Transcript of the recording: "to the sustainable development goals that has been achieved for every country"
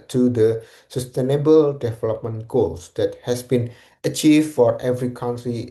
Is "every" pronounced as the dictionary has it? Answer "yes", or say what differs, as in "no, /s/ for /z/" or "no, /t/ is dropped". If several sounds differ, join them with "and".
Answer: yes